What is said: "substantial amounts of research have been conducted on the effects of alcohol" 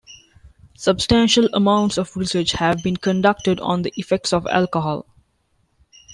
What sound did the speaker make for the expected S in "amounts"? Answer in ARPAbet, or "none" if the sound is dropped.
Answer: S